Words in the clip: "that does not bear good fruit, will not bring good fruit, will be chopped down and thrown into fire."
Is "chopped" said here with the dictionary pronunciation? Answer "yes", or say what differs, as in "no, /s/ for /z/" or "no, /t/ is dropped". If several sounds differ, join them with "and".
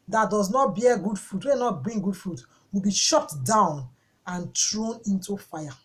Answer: no, /ʃ/ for /tʃ/ and /p/ is dropped